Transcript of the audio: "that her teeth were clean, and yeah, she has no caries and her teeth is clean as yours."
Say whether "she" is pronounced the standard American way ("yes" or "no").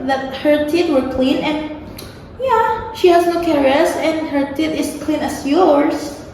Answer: yes